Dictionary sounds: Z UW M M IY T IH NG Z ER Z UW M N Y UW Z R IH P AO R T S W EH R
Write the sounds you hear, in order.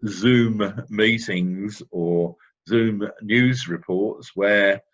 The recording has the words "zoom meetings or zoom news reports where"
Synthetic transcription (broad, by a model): Z UW M M IY T IH NG Z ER Z UW M N Y UW Z R IH P AO T S W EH